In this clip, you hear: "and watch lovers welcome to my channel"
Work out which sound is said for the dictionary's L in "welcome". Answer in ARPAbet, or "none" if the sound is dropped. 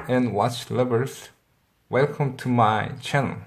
L